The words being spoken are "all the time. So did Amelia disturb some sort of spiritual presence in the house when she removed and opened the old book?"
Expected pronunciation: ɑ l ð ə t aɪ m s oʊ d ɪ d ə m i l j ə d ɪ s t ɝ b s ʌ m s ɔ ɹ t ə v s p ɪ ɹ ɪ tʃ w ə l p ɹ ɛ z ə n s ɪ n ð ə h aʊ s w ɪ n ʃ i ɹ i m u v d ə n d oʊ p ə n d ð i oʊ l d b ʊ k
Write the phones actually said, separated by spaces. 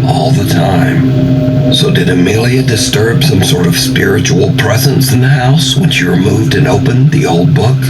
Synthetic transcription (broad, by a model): ɑ l ð ə t aɪ m s oʊ d ɪ d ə m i l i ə d ɪ s t ɝ b s ʌ m s ɔ ɹ t ə v s p ɪ ɹ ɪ tʃ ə l p ɹ ɛ z ə n s ɪ n ð ə h aʊ s w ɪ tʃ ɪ ɹ i m u v d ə n oʊ p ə n ð i oʊ l d b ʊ k